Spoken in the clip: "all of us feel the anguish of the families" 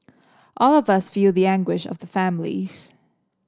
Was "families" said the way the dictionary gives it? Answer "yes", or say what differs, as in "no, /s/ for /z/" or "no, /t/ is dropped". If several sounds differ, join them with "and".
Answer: yes